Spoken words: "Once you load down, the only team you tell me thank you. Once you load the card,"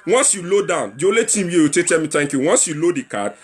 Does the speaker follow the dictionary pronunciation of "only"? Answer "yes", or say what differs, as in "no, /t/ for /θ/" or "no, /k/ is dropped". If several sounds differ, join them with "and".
no, /n/ is dropped